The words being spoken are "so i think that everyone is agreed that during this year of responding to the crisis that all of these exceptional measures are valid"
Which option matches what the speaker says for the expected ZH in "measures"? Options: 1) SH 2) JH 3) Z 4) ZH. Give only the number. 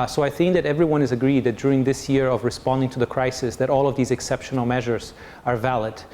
4